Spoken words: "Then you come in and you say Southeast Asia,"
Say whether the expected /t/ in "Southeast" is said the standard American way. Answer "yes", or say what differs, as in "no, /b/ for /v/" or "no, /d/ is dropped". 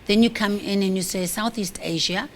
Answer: yes